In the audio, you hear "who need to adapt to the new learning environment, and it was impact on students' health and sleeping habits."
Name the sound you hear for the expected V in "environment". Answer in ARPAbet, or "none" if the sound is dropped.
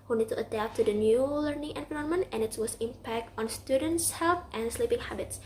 P